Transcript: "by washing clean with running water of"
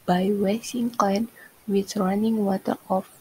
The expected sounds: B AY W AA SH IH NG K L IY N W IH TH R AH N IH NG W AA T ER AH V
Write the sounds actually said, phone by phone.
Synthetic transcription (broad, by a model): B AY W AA S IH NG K AO N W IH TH R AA N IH NG W AA T ER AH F